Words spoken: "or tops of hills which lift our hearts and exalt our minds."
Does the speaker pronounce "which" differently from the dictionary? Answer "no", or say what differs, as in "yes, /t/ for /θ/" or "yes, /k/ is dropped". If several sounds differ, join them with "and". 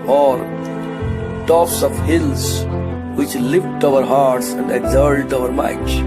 no